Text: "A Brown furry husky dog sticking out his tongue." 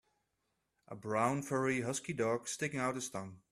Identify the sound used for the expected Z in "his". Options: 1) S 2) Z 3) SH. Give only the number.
1